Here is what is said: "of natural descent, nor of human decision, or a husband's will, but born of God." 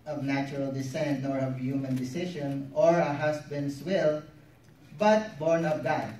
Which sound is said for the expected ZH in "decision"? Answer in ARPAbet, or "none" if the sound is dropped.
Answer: SH